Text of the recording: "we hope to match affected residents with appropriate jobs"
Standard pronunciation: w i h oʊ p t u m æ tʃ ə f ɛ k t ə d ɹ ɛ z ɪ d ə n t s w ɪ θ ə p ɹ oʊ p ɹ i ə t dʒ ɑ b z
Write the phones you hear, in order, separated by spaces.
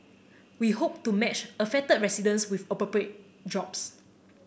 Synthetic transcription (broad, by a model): w i h oʊ p t u m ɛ tʃ ə f ɛ t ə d ɹ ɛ s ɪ d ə n s w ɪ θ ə p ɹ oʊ p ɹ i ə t dʒ ɑ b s